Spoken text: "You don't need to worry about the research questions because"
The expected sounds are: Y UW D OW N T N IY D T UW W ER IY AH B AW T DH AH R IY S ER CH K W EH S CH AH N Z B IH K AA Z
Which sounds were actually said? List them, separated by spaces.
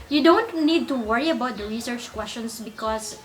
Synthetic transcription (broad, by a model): Y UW D OW N T N IY D T UW W ER IY AH B AW T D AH R IY S ER CH K W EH S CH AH N S B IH K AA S